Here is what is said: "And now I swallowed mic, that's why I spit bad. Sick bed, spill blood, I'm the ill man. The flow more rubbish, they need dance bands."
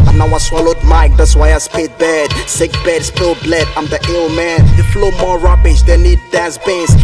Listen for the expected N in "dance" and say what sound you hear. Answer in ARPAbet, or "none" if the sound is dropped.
none